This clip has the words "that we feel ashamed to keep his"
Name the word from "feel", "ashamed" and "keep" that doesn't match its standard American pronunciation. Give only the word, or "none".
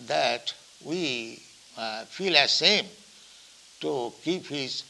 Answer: ashamed